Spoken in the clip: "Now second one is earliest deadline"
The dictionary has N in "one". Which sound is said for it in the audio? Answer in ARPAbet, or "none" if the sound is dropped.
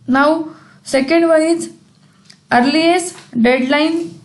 L